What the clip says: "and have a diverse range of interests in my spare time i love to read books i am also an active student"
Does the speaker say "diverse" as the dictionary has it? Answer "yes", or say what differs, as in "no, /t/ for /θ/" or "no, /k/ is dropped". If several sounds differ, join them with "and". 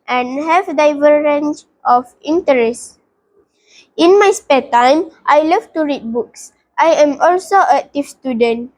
no, /s/ is dropped